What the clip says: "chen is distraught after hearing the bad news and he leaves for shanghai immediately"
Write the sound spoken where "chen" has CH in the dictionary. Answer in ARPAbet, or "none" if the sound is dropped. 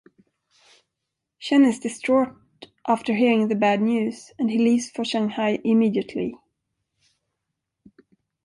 SH